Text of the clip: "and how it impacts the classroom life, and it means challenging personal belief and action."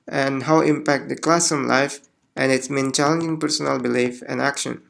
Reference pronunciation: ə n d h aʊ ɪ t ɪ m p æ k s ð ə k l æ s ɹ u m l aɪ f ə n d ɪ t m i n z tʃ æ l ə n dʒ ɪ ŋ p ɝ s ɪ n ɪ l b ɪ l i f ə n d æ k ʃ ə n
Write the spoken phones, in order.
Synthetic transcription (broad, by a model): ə n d h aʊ ɪ t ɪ m p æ k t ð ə k l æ s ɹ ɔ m l aɪ f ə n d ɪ t m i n tʃ æ l ə n dʒ ɪ ŋ p ɝ s ɪ n ɪ l b ɪ l i f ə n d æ k ʃ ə n